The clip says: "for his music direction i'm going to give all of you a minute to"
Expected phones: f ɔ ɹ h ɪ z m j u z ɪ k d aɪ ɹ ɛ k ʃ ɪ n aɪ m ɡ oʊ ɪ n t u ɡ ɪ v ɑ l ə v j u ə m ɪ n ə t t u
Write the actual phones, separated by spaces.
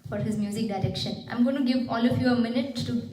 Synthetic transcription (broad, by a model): f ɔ ɹ h ɪ z m j u z ɪ k d aɪ ɹ ɛ k ʃ ɪ n aɪ m ɡ oʊ ɪ n t u ɡ ɪ v ɑ l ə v j u ə m ɪ n ə t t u